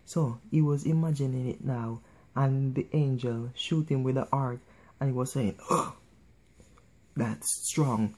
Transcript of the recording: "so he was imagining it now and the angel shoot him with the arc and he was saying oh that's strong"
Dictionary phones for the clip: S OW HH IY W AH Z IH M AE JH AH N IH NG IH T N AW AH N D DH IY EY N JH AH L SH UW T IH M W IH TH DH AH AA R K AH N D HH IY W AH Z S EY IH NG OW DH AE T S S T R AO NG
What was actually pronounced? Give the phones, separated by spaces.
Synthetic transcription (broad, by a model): S OW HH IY W AH Z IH M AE JH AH N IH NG IH T N AW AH N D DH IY EY N JH AH L SH UW T IH M W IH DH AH AA R K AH N HH IY W AH Z S EY IH NG OW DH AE T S S T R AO NG